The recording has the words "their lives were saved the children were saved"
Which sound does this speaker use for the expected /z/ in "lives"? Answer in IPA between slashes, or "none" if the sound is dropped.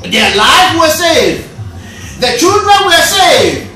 none